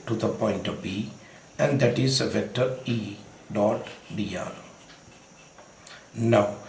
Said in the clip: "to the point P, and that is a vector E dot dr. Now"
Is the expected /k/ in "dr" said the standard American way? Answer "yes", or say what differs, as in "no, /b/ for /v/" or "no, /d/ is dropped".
no, /k/ is dropped